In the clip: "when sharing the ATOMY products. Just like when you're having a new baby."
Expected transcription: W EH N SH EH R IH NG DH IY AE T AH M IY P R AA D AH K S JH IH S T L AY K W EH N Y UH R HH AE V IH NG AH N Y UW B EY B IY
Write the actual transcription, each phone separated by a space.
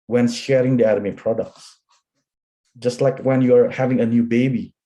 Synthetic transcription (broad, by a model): W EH N SH EH R IH NG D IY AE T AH M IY P R AA D AH K S JH IH S T L AY K W EH N Y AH R HH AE V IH NG AH N Y UW B EY B IY